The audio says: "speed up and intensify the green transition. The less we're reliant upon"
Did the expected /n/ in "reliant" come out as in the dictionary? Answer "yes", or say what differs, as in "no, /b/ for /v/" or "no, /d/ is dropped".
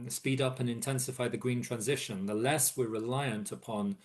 yes